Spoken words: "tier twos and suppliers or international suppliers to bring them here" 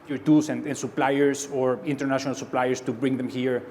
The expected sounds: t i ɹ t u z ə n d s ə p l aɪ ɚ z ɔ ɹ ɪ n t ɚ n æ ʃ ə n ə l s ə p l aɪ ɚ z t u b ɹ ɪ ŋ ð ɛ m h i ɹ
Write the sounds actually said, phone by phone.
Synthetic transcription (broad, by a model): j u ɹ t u s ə n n s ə p l aɪ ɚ s ɔ ɹ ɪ n t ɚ n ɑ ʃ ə n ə l s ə p l aɪ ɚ s t u b ɹ ɪ ŋ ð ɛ m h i ɹ